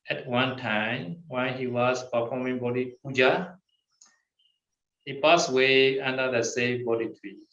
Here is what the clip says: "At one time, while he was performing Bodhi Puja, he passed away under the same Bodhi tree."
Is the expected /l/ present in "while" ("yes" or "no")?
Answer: no